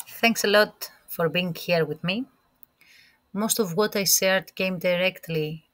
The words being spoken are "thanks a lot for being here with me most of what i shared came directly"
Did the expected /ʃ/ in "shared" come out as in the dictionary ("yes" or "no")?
no